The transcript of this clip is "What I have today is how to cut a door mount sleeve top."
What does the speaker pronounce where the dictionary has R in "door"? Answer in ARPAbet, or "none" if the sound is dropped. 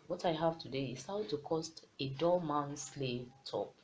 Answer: L